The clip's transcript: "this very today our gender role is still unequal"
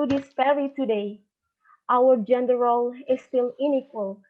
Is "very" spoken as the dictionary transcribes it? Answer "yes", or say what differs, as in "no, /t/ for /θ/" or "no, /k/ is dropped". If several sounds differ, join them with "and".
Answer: no, /f/ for /v/